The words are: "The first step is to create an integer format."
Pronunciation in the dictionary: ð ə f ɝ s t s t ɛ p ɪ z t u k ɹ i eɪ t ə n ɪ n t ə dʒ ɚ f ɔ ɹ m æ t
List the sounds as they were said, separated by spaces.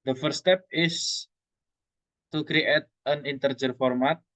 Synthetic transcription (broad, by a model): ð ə f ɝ t s t ɛ p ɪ s t u k ɹ i eɪ t ə n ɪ n t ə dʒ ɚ f ɔ ɹ m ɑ t